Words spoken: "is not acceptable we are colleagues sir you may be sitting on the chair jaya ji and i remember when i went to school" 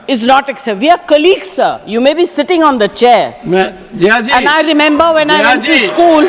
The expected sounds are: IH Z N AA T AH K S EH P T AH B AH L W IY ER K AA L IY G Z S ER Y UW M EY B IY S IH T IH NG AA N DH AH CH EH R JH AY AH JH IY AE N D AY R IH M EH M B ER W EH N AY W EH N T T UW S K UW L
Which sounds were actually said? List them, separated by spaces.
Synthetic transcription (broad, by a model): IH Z N AA T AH K S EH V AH AH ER K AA L IY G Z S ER Y UW M EY B IY S IH T IH NG AA N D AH CH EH R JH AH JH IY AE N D AY R IH M EH M B ER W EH N AY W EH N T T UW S K UW L